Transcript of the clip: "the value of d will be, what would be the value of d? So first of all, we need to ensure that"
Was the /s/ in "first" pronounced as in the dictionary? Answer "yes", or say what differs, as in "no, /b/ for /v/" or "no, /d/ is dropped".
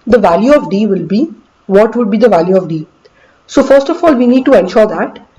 yes